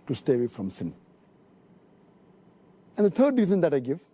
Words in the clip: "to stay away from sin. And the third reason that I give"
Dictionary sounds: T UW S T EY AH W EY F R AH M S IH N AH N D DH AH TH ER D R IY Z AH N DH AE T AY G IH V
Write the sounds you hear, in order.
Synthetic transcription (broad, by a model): T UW S T EY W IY F R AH M S IH N AH N D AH T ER D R IY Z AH N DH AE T AY G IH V